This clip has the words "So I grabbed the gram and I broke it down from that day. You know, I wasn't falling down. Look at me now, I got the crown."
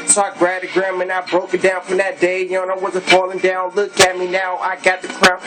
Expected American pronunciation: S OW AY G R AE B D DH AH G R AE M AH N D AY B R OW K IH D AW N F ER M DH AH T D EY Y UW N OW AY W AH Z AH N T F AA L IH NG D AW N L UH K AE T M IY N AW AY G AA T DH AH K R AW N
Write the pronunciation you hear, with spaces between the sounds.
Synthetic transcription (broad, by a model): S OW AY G R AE D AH G R AE M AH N AY B R OW K IH D AW N F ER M DH AH T D EY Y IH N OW AY W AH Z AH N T F AA L IH NG D AW N L UH K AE T M IY N AW AY G AA T DH AH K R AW